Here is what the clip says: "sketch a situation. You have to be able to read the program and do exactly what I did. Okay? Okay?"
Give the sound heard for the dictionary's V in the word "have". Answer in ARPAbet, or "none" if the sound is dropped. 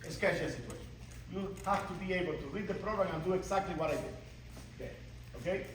F